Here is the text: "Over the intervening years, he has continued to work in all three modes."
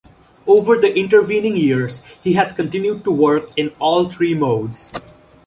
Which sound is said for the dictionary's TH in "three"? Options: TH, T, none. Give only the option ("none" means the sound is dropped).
T